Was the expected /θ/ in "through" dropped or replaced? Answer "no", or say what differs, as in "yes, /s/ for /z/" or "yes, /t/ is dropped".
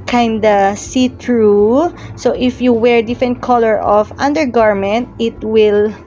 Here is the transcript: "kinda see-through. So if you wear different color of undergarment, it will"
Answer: yes, /t/ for /θ/